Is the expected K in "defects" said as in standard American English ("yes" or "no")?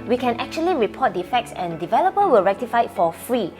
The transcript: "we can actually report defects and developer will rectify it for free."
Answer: yes